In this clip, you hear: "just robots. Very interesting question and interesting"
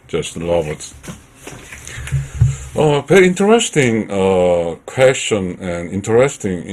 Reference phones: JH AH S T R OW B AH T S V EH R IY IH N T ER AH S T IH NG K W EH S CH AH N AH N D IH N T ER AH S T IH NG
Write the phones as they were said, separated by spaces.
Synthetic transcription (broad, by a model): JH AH S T L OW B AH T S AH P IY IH N T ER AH S T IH NG K W EH S CH AH N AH N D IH N T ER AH S T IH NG